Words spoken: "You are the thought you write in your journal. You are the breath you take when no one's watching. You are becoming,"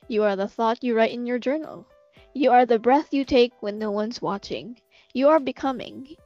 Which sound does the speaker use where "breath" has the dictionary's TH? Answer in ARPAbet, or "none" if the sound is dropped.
TH